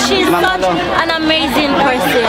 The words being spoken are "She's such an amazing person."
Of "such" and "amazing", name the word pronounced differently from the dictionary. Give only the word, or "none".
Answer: such